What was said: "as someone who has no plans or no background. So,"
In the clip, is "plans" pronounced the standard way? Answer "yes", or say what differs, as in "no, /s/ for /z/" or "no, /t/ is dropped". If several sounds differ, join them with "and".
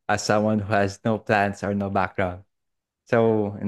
no, /s/ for /z/